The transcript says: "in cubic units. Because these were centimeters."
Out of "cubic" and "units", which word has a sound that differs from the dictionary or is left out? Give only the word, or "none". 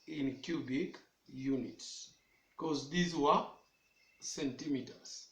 none